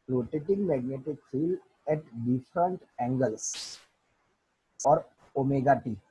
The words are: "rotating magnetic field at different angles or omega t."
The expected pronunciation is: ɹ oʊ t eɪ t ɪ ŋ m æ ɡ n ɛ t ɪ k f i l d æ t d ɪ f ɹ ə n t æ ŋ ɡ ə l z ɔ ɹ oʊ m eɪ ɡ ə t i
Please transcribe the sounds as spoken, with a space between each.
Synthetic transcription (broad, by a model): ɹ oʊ t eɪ t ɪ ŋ m æ ɡ n ɛ t ɪ k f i l ɛ t d ɪ f ɹ ə n t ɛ ŋ ɡ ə l s ɔ ɹ oʊ m eɪ ɡ ə t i